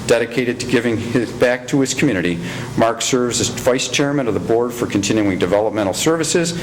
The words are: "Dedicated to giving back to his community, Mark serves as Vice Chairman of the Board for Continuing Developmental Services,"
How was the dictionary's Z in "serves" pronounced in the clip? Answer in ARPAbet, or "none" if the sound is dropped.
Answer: Z